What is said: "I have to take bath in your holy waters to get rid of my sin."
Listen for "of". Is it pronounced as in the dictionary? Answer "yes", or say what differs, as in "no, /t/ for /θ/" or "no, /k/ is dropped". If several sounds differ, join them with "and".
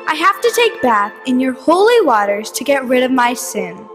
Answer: yes